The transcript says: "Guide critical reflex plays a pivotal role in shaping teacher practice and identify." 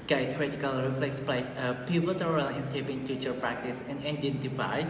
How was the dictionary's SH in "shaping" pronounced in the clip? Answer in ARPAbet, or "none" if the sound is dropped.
S